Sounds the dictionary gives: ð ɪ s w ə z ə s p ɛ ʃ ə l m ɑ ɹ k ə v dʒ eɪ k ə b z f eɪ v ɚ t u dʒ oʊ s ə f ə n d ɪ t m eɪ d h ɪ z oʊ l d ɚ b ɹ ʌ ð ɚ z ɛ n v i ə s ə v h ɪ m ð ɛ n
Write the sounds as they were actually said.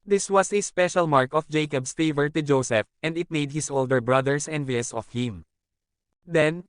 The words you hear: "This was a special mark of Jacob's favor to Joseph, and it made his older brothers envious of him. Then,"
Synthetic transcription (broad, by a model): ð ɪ s w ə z ə s p ɛ ʃ ə l m ɑ ɹ k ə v dʒ eɪ k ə b s f eɪ v ɚ t u dʒ oʊ s ə f ə n d ɪ t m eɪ d h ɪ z oʊ l d ɚ b ɹ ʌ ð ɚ s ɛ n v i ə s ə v h ɪ m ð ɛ n